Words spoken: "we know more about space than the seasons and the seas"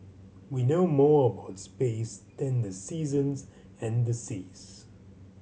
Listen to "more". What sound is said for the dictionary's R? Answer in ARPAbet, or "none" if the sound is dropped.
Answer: R